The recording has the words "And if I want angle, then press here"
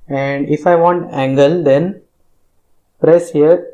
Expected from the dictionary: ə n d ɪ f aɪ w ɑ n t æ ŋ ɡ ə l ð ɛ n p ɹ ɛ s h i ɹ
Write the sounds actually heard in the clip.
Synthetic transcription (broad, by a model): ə n d ɪ f aɪ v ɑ n t æ ŋ ɡ ə l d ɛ n p ɹ ɛ s h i ɹ